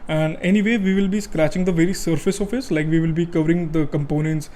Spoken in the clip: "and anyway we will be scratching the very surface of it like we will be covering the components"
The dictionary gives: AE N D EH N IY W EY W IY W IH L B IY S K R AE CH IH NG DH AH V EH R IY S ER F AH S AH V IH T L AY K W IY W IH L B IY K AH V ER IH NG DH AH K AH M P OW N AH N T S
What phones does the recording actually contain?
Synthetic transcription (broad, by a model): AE N D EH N IY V EY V IY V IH L B IY S K R AE CH IH NG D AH V EH R IY S ER F AH S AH F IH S L AY K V IY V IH L B IY K AH V ER IH NG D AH K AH M P OW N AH N T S